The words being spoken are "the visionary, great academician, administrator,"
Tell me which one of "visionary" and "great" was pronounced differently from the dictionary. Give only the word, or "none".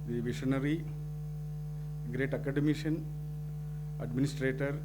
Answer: visionary